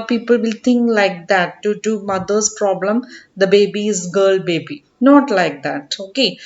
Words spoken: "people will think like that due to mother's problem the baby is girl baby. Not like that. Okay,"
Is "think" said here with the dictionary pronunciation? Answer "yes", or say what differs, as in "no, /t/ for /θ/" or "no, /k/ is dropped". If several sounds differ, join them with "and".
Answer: no, /t/ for /θ/